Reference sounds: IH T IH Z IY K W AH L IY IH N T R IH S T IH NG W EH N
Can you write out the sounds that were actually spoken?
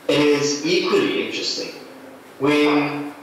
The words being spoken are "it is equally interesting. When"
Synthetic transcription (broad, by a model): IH T IH Z IY K W AH L IY IH N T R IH S T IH NG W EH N